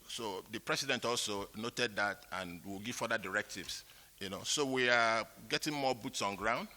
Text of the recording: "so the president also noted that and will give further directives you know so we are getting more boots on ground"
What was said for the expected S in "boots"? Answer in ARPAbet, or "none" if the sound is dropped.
S